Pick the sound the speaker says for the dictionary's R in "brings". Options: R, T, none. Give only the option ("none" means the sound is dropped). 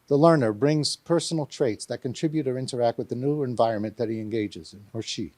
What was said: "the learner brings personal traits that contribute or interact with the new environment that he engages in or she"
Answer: R